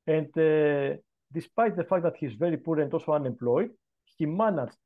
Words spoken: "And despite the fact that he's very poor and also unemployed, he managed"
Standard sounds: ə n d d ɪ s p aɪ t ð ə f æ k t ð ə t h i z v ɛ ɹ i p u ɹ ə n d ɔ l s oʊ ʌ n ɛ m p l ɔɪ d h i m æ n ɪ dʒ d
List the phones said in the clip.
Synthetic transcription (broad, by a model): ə n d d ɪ s p aɪ t ð ə f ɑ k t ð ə t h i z v ɛ ɹ i p u ɹ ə n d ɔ s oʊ ʌ n ɛ m p l ɔɪ d h i m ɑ n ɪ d